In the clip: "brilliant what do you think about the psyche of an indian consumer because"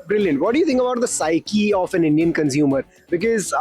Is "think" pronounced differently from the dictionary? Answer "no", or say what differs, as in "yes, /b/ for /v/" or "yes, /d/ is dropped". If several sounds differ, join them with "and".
yes, /t/ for /θ/